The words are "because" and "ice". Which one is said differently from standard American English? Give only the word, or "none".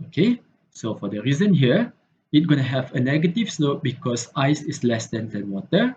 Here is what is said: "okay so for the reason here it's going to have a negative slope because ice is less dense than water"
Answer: because